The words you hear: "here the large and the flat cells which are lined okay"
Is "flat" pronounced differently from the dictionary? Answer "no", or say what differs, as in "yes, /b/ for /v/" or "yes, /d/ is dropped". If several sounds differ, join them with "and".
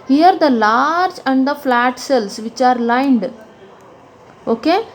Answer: no